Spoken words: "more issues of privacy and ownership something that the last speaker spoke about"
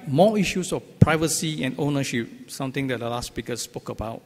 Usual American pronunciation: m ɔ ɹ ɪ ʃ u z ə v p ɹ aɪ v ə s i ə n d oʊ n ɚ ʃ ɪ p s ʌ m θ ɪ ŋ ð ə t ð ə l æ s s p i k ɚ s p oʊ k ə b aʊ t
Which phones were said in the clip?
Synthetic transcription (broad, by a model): m ɔ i ʃ u s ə f p ɹ aɪ v ə s i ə n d oʊ n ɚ ʃ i p s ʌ m t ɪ ŋ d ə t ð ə l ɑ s s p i k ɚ s p oʊ k ə b aʊ t